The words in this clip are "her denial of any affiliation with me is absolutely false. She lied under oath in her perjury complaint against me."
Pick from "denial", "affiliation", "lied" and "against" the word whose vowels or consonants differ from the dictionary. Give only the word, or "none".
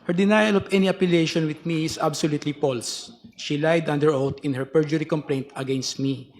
affiliation